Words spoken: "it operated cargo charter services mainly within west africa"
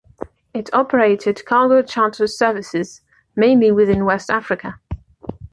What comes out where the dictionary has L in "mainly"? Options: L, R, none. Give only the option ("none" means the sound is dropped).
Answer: L